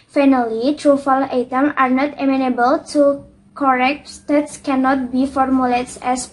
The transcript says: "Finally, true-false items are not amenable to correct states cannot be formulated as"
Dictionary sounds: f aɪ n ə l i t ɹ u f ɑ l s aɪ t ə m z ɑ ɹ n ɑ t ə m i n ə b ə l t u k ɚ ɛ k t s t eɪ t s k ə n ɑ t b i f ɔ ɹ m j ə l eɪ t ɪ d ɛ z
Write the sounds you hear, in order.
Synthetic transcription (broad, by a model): f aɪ n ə l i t ɹ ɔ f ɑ l aɪ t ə m ɑ ɹ n ɑ t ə m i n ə b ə l t u k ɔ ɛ k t s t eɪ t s k ə n ɑ t b i f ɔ ɹ m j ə l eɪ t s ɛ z